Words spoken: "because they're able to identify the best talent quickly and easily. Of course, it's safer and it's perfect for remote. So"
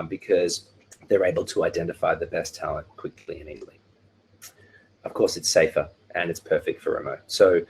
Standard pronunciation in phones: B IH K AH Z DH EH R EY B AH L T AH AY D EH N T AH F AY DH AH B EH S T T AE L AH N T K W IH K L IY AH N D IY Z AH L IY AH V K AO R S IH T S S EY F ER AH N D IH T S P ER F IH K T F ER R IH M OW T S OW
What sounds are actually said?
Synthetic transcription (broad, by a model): B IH K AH Z DH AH R EY B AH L T AH AY D EH N T AH F AY DH AH B EH S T T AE L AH N K W IH K L IY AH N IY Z L IY AH V K AO R S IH T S S EY F ER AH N IH T S P ER F IH K T F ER R IH M OW T S OW